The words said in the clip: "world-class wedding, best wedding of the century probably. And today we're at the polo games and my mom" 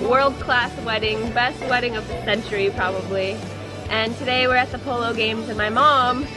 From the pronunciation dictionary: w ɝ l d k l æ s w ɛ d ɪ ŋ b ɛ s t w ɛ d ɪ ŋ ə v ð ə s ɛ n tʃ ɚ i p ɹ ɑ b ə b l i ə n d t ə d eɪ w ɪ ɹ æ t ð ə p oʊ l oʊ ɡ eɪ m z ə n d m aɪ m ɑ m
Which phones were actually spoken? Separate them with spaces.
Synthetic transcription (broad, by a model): w ɝ l d k l æ s w ɛ d ɪ ŋ b ɛ s t w ɛ d ɪ ŋ ə v ð ə s ɛ n tʃ ɚ i p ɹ ɑ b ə b l i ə n t ə d eɪ w ɪ ɹ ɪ t ð ə p oʊ l oʊ ɡ eɪ m z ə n m aɪ m ɑ m